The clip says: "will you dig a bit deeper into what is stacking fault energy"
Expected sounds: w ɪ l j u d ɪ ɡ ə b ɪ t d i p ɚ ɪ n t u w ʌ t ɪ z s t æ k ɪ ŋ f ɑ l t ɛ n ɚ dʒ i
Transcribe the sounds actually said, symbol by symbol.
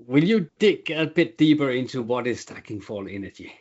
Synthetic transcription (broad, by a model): w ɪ l j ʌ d ɪ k ə b ɪ t d i p ɚ ɪ n t u w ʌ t ɪ z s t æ k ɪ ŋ f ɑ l ɛ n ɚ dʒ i